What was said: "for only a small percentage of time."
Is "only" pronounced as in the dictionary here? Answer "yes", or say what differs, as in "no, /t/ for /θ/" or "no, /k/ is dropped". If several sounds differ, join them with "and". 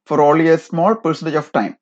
no, /n/ is dropped